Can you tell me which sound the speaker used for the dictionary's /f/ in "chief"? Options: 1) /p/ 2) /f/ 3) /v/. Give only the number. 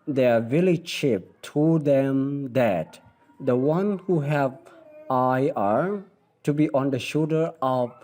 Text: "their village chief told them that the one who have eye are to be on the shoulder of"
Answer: 1